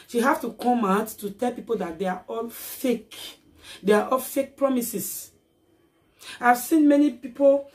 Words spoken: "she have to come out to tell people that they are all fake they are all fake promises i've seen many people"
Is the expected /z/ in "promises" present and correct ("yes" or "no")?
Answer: no